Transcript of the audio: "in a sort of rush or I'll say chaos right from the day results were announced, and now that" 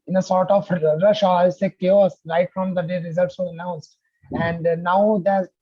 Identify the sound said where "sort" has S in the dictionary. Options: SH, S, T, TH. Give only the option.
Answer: S